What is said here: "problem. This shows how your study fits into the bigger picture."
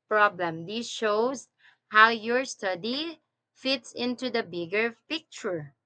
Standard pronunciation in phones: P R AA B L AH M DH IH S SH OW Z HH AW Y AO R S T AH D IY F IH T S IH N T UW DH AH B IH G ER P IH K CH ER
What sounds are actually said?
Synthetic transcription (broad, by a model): P R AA B L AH M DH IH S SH OW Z HH AW Y AO R S T AH D IY F IH T S IH N T UW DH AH B IH G ER P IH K CH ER